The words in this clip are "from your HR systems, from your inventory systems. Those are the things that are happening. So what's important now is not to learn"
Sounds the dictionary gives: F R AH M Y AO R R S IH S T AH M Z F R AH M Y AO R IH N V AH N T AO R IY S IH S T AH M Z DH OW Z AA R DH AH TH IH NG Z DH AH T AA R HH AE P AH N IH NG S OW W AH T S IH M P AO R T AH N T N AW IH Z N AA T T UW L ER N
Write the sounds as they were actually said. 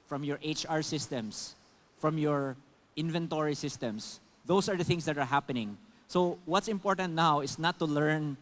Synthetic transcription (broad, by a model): F R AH M Y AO R R S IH S T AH M S F R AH M Y AO R IH N V AH N T AO R IY S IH S T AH M S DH OW S AA R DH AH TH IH NG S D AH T AA R HH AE P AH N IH NG S OW W AH T S IH M P AO R T AH N T N AW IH S N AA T T UW L ER N